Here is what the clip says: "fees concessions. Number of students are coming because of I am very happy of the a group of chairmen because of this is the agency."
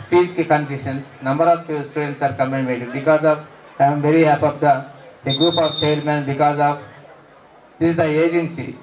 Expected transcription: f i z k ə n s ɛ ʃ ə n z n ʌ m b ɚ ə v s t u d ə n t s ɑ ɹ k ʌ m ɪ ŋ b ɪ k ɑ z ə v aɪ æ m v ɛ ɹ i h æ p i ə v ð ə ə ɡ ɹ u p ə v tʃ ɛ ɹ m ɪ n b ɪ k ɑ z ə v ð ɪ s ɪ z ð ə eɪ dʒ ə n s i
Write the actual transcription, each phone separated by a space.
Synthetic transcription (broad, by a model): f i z k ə n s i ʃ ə n s n ʌ m b ɚ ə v s t u d ə n t s ɑ ɹ k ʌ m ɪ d b ɪ k ɑ z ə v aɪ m v ɛ ɹ i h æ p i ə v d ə ə ɡ ɹ u p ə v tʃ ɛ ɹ m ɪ n b ɪ k ɑ z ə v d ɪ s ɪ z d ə eɪ dʒ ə n s i